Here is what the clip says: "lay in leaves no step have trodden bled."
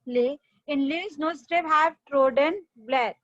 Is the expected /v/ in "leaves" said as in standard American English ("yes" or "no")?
no